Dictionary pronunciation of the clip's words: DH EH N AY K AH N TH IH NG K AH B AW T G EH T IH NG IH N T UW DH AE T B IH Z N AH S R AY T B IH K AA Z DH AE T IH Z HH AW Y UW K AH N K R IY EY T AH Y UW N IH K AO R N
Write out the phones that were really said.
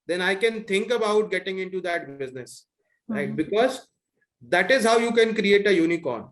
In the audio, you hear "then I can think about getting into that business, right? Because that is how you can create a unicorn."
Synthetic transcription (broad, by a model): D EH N AY K AH N T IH NG K AH B AW T G EH T IH NG IH N T UW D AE T B IH Z N AH S L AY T B IH K AA Z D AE T IH Z HH AW Y UW K AH N K R IY EY T AH Y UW N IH K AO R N